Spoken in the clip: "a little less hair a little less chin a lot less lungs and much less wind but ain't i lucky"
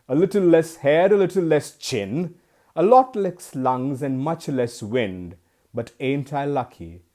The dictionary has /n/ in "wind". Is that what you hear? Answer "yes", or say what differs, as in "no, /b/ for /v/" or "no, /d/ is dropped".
yes